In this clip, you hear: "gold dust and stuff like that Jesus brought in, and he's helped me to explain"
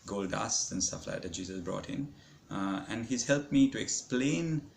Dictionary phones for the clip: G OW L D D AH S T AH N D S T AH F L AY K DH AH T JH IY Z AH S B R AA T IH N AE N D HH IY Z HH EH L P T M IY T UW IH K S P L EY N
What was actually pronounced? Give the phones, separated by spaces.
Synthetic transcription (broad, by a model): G OW L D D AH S AH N S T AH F L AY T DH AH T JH IY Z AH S B R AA T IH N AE N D HH IY Z HH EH L P M IY T UW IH K S P L EY N